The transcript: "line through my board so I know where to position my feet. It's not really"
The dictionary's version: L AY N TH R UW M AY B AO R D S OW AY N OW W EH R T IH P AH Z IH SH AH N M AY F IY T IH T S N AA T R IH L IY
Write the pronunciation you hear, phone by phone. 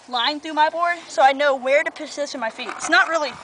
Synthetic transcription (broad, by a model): L AY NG TH R UW M AY B AO R D S OW AY N OW W EH R T IH P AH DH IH S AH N M AY F IY T IH T S N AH T R IH L IY